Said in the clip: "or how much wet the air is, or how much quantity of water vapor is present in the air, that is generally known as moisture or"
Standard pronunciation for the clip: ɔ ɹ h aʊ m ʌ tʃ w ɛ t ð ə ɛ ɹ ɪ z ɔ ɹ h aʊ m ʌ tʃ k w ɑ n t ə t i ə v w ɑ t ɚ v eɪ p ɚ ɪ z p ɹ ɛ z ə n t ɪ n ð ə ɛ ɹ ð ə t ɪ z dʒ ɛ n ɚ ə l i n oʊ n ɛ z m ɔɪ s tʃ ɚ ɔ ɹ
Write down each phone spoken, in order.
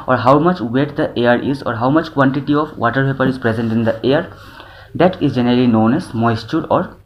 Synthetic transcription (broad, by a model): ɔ ɹ h aʊ m ʌ tʃ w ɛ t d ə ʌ ɹ ɪ z ɔ ɹ h aʊ m ʌ tʃ k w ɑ n t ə t i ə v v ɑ t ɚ p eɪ p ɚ ɪ z p ɹ ɛ z ə n t ɪ n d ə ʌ ɹ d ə t ɪ z dʒ ɛ n ɚ ə l i n oʊ n ɛ z m ɔɪ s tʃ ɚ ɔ ɹ